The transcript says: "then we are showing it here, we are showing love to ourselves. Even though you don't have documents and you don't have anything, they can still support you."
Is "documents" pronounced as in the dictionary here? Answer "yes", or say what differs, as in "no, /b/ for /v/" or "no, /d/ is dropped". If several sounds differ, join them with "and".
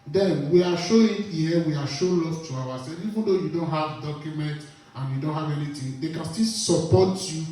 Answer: no, /s/ is dropped